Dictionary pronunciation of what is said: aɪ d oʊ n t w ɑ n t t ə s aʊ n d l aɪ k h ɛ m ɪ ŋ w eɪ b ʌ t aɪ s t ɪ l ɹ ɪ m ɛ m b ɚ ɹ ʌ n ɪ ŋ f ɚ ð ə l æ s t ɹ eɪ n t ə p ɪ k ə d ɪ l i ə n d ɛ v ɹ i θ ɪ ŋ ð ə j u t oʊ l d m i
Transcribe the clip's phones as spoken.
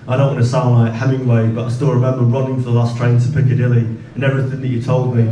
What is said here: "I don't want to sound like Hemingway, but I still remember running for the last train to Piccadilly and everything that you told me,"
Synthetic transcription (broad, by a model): aɪ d oʊ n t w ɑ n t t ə s aʊ n d l aɪ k h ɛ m ɪ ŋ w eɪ b ʌ t aɪ s t ɪ l ɹ ɪ m ɛ m b ɚ ɹ ʌ n ɪ ŋ f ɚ ð ə l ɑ s t ɹ eɪ n t ə p ɪ k ə d ɪ l i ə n ɛ v ɹ i θ ɪ ŋ ð ə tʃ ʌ t oʊ l d m i